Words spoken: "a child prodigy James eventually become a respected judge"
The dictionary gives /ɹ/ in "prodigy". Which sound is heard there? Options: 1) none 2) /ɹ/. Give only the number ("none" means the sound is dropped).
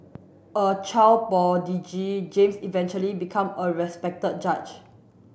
1